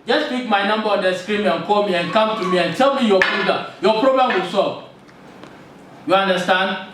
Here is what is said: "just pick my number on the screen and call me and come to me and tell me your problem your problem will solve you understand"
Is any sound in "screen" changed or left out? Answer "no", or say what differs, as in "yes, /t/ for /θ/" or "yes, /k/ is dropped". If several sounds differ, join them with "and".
yes, /n/ is dropped